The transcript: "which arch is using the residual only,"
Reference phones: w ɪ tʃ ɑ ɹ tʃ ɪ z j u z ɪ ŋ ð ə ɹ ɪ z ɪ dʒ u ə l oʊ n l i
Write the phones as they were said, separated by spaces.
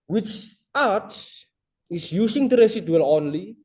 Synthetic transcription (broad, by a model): w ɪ tʃ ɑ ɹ s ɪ s j u s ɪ ŋ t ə ɹ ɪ s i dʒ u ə l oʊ n l i